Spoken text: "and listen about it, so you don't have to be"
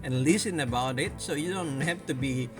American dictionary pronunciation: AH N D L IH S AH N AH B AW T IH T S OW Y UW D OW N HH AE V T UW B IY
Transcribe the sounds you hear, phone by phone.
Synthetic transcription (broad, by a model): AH N L IH S AH N AH B AW T IH T S OW Y UW D OW N HH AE F T UW B IY